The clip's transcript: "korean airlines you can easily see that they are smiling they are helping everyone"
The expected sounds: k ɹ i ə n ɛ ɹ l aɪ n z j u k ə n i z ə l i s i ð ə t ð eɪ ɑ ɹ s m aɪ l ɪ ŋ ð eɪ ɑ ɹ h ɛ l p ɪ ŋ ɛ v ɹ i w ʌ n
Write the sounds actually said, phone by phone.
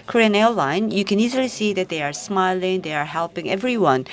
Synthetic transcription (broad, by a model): k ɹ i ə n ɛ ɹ l aɪ n j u k ə n i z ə l i s i ð ə t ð eɪ ɑ ɹ s m aɪ l ɪ ŋ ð eɪ ɑ ɹ h ɛ l p ɪ ŋ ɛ v ɹ i w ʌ n